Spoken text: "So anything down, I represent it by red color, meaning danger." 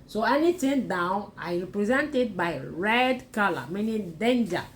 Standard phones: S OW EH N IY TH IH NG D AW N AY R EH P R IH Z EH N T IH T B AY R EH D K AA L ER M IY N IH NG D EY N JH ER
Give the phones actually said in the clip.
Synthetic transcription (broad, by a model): S OW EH N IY T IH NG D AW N AY R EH P R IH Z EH N T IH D B AY R EH D K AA L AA M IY N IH D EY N JH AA